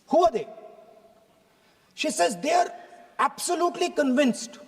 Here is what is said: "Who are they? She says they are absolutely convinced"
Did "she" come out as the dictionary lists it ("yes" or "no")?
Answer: yes